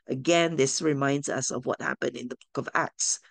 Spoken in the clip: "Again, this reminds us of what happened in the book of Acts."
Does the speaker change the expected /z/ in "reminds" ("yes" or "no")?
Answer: no